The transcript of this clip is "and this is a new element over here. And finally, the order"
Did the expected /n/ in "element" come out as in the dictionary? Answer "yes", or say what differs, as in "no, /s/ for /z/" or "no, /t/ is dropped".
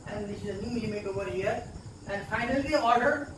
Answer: no, /n/ is dropped